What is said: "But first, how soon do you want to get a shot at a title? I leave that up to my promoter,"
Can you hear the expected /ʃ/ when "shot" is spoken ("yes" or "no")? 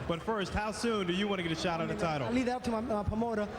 yes